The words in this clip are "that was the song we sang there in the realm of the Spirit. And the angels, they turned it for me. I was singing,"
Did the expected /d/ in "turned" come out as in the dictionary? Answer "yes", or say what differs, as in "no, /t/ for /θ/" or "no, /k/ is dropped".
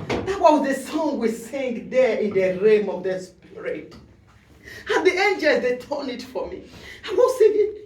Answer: no, /d/ is dropped